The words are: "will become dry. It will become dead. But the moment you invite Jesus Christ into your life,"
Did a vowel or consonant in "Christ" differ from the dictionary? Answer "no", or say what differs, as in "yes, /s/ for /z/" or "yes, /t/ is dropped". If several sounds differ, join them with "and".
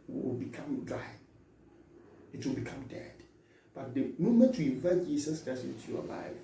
yes, /t/ is dropped